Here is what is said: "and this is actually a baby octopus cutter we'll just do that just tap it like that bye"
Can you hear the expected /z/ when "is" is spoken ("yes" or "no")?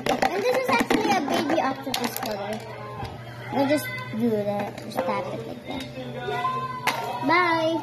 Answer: yes